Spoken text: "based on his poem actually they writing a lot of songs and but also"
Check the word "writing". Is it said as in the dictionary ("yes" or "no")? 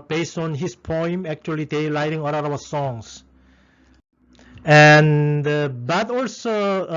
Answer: no